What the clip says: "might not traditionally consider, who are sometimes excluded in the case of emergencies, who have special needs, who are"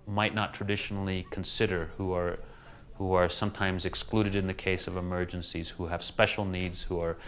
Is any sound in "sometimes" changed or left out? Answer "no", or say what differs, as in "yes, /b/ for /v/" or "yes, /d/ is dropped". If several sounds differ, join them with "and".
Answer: no